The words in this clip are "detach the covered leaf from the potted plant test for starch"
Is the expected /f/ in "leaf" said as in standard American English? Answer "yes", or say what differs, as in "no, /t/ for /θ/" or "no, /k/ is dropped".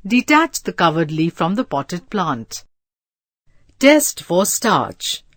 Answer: yes